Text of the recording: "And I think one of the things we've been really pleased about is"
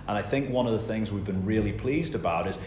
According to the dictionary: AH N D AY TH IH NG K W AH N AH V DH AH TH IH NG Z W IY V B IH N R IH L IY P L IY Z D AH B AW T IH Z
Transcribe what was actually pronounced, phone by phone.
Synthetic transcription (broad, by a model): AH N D AY TH IH NG K W AH N AH V DH AH TH IH NG Z W IY V B IH N R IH L IY P L IY Z D AH B AW T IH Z